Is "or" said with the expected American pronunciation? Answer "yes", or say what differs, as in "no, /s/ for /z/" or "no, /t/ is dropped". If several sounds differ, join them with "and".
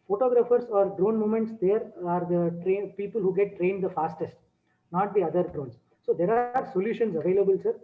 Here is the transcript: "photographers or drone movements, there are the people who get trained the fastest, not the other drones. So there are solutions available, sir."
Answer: yes